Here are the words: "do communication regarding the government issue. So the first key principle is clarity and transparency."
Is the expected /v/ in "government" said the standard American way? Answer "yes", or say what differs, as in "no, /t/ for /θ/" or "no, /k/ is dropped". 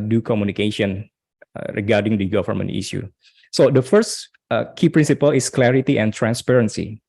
no, /f/ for /v/